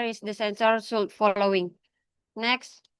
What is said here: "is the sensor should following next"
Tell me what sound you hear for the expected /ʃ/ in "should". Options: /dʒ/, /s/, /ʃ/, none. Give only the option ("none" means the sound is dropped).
/s/